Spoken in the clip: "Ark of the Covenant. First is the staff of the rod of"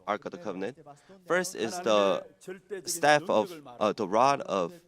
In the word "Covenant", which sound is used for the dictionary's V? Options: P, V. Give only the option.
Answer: V